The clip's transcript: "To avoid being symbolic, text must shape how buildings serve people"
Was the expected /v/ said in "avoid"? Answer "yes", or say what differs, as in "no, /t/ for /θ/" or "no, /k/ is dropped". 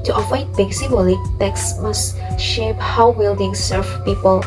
no, /f/ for /v/